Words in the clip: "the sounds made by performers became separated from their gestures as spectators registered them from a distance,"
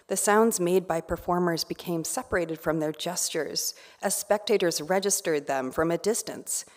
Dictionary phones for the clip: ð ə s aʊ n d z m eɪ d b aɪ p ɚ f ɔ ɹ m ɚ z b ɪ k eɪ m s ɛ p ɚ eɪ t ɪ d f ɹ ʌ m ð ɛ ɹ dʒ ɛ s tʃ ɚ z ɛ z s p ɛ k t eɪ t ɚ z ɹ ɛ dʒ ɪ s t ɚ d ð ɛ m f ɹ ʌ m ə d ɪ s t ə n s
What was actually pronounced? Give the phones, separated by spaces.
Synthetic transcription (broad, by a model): ð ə s aʊ n d z m eɪ d b aɪ p ɚ f ɔ ɹ m ɚ z b ɪ k eɪ m s ɛ p ɚ eɪ t ɪ d f ɹ ʌ m ð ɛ ɹ dʒ ɛ s tʃ ɚ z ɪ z s p ɛ k t eɪ t ɚ z ɹ ɛ dʒ ɪ s t ɚ d ð ɛ m f ɹ ʌ m ə d ɪ s t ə n s